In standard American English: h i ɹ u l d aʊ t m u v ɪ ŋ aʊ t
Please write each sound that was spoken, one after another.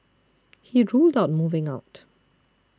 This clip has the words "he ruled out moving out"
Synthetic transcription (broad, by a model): h i ɹ u l d aʊ t m u v ɪ ŋ aʊ t